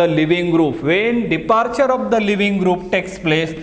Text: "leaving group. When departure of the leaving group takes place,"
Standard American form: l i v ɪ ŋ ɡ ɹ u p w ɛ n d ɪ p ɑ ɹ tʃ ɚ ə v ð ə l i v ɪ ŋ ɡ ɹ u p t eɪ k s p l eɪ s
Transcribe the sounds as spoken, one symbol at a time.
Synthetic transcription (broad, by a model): l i v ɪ ŋ ɡ ɹ u p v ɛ n d ɪ p ɑ ɹ tʃ ɚ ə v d ə l i v ɪ ŋ ɡ ɹ u p t eɪ k s p l eɪ s